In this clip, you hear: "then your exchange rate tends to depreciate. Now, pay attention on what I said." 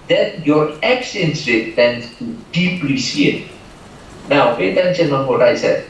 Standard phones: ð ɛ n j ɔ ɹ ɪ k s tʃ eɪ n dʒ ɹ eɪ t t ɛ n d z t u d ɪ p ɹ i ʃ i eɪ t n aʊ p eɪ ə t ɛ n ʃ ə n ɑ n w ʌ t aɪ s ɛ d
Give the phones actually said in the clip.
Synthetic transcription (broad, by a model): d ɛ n j ɔ ɹ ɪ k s eɪ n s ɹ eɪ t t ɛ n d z t u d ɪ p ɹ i s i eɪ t n aʊ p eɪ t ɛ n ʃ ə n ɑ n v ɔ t aɪ s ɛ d